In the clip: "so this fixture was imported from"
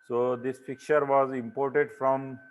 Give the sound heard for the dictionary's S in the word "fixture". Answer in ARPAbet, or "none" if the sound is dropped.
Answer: none